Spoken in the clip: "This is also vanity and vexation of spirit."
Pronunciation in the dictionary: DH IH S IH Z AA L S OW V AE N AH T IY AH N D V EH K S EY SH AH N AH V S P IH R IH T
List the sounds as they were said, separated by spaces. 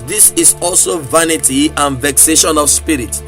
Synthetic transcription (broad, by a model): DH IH S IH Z AA L S OW V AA N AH T IY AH N V EH K S EY SH AH N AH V S P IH R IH T